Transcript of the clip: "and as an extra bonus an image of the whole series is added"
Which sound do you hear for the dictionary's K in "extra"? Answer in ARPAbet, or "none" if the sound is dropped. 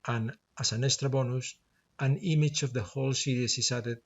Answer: none